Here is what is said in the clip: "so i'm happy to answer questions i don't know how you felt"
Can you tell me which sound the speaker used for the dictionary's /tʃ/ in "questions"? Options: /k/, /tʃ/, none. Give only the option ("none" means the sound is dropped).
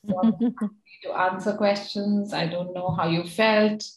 /tʃ/